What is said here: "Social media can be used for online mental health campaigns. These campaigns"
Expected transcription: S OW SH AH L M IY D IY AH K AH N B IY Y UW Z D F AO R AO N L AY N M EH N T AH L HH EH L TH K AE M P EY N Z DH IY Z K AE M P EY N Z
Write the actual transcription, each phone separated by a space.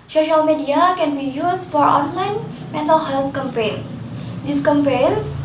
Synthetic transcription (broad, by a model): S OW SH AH L M IY D IY AH K AH N B IY Y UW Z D F AO R AO N L AY N M EH N T AH L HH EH L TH K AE M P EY N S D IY S K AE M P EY N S